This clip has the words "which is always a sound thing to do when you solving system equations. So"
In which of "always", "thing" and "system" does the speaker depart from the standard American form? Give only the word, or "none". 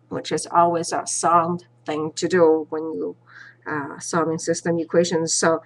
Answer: none